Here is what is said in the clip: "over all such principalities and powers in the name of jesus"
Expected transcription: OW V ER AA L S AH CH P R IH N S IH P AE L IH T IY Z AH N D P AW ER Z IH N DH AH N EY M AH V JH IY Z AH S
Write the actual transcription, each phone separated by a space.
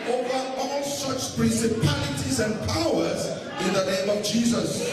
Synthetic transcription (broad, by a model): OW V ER AA L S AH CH P R IH N S IH P AE L IH T IY Z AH N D P AW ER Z IH N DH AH N EY M AH V JH IY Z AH S